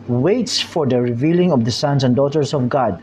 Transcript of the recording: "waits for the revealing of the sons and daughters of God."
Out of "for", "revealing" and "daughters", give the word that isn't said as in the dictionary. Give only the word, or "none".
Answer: daughters